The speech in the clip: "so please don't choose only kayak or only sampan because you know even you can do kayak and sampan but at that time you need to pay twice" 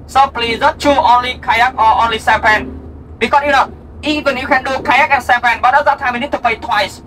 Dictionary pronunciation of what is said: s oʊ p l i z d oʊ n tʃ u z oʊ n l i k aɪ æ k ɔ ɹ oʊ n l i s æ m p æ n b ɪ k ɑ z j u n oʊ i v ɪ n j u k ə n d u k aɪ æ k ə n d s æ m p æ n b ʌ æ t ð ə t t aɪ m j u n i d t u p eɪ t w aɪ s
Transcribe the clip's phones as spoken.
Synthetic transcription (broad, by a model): s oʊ p l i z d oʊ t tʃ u oʊ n l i k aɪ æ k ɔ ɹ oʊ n l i s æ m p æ n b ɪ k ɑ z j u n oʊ i v ɪ n j u k ə n d u k aɪ æ k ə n s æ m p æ n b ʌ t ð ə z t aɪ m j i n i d t u p eɪ t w aɪ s